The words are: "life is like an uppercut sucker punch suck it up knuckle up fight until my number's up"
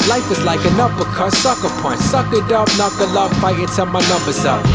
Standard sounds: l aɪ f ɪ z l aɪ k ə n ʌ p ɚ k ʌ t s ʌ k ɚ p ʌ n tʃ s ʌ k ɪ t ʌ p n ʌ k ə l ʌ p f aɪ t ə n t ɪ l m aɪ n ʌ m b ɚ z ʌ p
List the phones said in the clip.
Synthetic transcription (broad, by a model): l aɪ f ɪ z l aɪ k ə n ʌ b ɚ k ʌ s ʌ k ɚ p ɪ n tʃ s ʌ k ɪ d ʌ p n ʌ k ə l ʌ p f aɪ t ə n s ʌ m aɪ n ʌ m b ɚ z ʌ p